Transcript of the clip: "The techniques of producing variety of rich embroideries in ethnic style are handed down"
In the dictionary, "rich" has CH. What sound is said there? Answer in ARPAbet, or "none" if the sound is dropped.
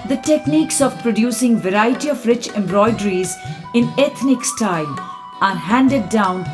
CH